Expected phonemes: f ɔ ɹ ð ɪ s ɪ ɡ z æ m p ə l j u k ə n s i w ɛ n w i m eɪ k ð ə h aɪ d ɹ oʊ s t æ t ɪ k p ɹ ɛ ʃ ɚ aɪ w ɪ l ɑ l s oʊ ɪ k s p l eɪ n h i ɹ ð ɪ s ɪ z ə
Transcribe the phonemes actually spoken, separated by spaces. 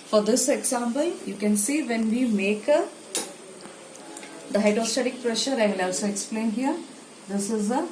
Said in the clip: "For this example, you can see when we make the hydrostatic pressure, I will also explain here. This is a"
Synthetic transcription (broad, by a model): f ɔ ɹ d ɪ s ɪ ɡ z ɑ m p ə l j u k ə n s i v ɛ n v i m eɪ k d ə h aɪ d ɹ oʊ s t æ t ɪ k p ɹ ɛ ʃ ɚ aɪ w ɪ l ɑ l s oʊ ɪ k s p l eɪ n h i ɹ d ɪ s ɪ z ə